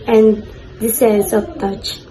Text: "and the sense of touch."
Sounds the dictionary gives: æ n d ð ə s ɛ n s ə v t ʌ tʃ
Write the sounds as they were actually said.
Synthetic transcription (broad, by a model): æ n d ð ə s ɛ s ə p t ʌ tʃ